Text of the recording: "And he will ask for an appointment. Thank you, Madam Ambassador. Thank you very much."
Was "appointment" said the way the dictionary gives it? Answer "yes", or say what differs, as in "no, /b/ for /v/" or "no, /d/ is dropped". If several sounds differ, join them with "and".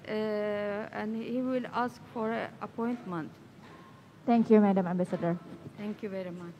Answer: yes